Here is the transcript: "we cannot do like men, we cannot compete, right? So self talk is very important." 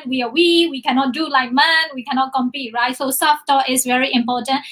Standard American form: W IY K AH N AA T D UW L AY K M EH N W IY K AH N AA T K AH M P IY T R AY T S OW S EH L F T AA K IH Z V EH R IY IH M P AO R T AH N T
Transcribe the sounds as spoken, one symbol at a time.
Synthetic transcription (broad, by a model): W IY K AH N AA T D UW L AY K M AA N W IY K AH N AA T K AH M P IY T R AY T S OW S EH F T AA IH S V EH R IY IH M P AO T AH N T